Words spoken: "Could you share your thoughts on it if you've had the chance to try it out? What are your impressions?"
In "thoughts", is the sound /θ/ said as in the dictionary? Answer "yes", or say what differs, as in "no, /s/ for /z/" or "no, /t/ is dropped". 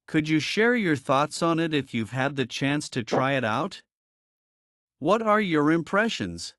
yes